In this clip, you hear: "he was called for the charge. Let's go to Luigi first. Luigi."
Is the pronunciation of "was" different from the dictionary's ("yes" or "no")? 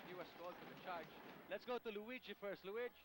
yes